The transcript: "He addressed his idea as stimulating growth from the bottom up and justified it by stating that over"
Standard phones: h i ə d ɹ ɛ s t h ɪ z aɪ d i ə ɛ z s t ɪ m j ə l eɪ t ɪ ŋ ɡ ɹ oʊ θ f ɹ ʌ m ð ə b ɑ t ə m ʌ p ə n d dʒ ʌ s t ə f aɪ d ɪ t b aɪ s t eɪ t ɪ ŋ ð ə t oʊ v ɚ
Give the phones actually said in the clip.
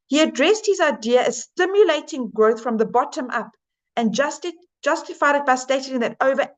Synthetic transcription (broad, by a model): h i ə d ɹ ɛ s t h ɪ z aɪ d i ə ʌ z s t ɪ m j ə l eɪ t ɪ ŋ ɡ ɹ oʊ θ f ɹ ʌ m ð ə b ɑ t ə m ʌ p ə n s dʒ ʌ s t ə f aɪ d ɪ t b aɪ s t eɪ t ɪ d ð ə t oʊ v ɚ